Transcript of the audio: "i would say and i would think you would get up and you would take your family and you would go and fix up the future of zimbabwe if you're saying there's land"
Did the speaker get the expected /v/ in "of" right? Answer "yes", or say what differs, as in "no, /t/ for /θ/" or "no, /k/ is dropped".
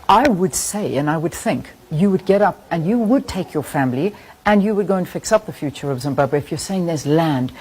yes